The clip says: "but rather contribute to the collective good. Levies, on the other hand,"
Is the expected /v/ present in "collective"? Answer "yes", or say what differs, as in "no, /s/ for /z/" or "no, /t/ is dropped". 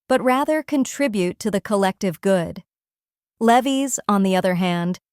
yes